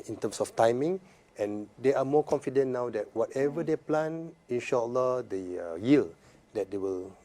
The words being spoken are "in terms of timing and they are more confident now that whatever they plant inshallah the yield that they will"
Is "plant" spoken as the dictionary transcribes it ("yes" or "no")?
no